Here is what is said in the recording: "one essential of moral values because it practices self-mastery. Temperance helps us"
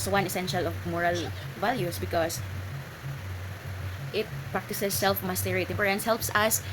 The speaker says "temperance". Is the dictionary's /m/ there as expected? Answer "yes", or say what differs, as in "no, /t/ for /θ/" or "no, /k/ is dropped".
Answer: no, /m/ is dropped